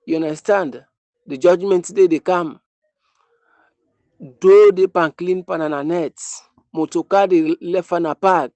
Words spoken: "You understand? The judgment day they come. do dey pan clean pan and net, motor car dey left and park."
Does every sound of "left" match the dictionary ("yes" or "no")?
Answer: no